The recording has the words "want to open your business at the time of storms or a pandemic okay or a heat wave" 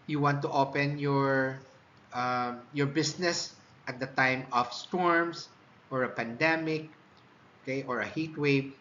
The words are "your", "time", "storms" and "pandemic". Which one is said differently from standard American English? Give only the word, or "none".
storms